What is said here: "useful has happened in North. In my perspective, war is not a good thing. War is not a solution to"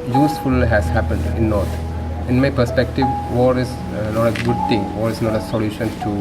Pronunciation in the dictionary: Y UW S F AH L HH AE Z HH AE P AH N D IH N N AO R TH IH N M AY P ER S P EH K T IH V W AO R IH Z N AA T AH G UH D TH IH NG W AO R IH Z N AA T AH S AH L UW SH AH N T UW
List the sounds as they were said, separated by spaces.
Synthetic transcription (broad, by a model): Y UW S F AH L HH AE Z HH AE P AH N D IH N N AO R T IH N M AY P ER S P EH K T IH V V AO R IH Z N AA T AH G UH D T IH NG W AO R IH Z N AA T AH S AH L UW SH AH N T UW